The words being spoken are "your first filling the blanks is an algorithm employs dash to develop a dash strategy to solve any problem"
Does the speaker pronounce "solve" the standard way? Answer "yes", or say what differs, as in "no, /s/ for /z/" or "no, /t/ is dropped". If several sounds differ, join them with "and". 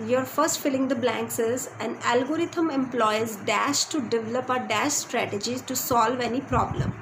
yes